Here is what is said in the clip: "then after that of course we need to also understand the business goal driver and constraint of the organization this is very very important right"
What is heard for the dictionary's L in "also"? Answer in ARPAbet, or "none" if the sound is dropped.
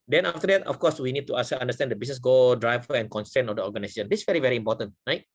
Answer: none